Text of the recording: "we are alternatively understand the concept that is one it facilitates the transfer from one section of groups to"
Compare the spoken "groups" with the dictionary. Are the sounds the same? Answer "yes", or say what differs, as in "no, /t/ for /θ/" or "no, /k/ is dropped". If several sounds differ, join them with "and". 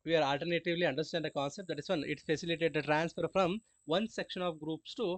yes